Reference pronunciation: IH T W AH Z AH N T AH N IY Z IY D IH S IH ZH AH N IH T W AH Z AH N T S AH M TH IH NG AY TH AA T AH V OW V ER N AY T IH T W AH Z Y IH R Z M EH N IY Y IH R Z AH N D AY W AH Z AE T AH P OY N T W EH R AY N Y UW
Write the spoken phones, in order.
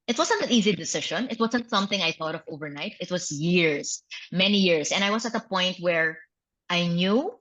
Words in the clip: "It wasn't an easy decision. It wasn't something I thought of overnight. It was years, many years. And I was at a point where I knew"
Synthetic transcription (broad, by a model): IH T W AH Z AH N T AH N IY Z IY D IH S IH SH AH N IH T W AH Z AH N T S AH M TH IH NG AY TH AA T AH V OW V ER N AY T IH T W AH Z Y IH R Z M EH N IY Y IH R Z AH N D AY W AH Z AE T AH P OY N T W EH R AY N Y UW